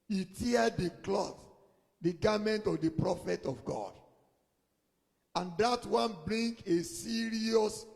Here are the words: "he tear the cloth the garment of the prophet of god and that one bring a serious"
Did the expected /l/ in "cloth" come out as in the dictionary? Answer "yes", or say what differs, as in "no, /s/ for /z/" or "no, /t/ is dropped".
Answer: yes